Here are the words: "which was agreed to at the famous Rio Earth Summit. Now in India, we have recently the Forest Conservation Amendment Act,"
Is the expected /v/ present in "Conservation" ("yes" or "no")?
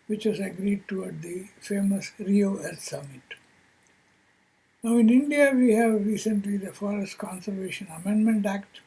yes